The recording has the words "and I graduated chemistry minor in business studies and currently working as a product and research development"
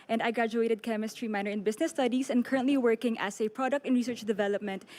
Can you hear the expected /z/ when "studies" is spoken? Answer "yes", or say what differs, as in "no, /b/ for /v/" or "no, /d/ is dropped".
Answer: no, /s/ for /z/